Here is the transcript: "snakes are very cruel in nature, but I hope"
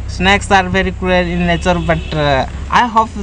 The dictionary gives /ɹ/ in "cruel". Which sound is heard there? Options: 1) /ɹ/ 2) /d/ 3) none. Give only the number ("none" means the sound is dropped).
3